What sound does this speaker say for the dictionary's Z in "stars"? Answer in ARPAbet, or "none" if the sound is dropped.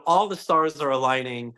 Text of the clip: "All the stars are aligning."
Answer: Z